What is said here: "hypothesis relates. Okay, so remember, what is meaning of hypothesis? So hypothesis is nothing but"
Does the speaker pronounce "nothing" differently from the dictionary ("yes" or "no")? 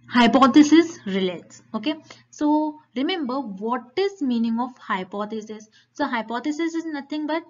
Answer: yes